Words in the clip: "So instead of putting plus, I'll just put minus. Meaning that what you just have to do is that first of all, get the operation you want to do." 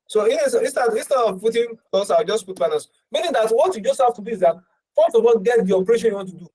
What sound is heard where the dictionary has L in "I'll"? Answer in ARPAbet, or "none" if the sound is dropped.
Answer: W